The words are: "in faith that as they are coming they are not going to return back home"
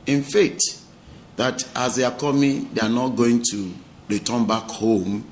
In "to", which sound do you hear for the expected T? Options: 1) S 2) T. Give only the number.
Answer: 2